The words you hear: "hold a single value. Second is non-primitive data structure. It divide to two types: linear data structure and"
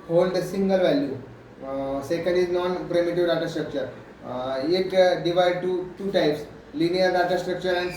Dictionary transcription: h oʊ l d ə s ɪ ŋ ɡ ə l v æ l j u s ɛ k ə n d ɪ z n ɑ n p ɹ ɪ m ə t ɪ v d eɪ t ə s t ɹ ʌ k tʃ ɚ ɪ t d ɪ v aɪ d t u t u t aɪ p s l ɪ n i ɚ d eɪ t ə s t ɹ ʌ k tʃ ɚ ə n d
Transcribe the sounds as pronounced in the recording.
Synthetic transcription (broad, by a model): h oʊ l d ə s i ŋ ɡ ə l v æ l j u s ɛ k ə n d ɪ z n ɑ n p ɹ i m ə t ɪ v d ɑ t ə s t ɹ ʌ k tʃ ɚ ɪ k d ɪ v aɪ d t u t u t aɪ p s l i n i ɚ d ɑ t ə s t ɹ ʌ k tʃ ɚ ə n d